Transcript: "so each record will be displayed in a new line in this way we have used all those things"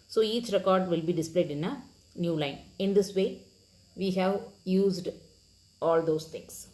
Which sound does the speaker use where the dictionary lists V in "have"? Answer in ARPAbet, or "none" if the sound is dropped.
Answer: V